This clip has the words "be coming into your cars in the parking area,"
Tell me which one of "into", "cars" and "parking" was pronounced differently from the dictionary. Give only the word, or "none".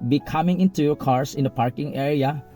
cars